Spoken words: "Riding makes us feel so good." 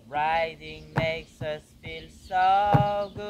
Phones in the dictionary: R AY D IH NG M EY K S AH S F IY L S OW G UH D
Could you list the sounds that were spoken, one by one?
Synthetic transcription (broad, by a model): R AY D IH NG M EY K S AH S F IY L S OW G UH